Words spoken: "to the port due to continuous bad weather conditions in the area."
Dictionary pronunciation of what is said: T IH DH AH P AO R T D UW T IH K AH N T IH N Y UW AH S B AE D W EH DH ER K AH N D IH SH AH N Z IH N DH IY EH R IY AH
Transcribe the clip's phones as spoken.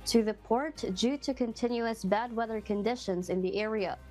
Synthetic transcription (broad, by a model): T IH DH AH P AO R T D UW T IH K AH N T IH N Y UW AH S B AE D W EH DH ER K AH N D IH SH AH N Z IH N DH IY EH R IY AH